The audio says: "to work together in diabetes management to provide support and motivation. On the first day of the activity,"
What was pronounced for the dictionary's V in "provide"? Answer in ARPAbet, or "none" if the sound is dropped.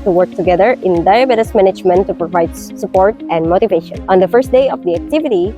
V